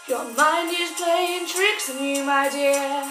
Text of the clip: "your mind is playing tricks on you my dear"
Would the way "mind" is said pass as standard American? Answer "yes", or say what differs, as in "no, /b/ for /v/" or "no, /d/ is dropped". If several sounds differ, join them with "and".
no, /d/ is dropped